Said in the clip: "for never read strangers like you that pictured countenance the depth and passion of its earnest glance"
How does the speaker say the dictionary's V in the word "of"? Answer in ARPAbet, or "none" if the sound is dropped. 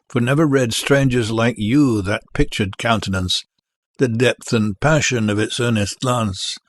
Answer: V